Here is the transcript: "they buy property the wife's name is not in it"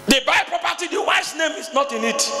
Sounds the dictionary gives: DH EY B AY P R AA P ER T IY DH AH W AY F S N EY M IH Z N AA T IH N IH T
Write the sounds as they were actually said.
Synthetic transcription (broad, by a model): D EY B AY P R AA P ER T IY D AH W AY S N EY M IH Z N AA T IH N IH T